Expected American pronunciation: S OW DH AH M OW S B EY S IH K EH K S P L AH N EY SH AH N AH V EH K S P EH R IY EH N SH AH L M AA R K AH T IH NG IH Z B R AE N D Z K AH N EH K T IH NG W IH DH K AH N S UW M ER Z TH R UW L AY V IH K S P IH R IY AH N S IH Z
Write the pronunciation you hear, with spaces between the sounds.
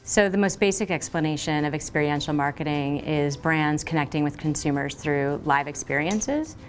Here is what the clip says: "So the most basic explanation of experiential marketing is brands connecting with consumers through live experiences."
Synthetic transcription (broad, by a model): S OW DH AH M OW S B EY S IH K EH K S P L AH N EY SH AH N AH V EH K S P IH R IY EH N SH L M AA R K AH T IH NG IH Z B R AE N D Z K AH N EH K T IH NG W IH DH K AH N S UW M ER Z TH R UW L AY V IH K S P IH R IY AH N S IH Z